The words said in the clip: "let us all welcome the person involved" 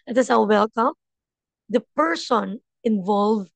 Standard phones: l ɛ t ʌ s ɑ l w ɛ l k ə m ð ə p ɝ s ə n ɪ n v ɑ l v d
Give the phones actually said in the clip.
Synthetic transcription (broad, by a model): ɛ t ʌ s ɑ w w ɛ l k ə m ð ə p ɝ s ə n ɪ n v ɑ l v